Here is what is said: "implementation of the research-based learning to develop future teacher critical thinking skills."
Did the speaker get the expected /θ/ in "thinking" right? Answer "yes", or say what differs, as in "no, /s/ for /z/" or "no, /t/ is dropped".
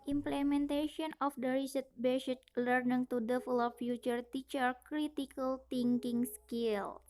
no, /t/ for /θ/